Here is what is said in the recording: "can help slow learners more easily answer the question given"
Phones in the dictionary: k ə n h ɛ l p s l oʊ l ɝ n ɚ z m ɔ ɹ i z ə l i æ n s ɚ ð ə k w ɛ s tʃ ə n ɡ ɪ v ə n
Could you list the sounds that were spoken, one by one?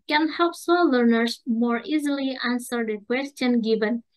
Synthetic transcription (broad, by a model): k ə n h ɛ l p s oʊ l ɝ n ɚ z m ɔ ɹ i z ə l i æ n s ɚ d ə k w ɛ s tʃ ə n ɡ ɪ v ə n